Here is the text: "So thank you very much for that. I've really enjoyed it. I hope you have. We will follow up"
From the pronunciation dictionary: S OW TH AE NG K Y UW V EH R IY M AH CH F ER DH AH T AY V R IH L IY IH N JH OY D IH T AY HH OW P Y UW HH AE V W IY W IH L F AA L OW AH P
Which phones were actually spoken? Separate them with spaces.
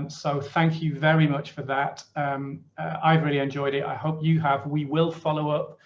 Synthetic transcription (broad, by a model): S OW TH AE NG K Y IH V EH R IY M AH CH F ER DH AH T AY V R IH L IY IH N JH OY D IH T AY HH OW P Y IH V W IY W IH L F AA L OW AH P